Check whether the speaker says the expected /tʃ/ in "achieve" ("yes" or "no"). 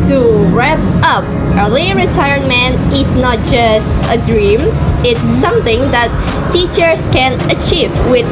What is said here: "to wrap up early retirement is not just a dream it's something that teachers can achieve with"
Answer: yes